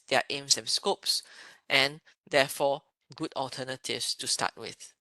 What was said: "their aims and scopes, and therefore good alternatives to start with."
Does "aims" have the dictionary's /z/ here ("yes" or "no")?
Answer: no